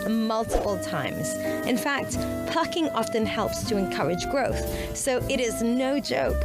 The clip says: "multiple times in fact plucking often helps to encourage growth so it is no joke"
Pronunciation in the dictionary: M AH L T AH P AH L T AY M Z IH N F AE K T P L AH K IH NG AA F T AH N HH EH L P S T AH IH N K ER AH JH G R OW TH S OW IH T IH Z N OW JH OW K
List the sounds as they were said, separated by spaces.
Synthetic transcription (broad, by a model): M AH L T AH P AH L T AY M Z IH N F AE K T P L AH K IH NG AA F T AH N HH EH L P S T AH IH N K ER AH JH G R OW TH S OW IH T IH Z N OW JH OW K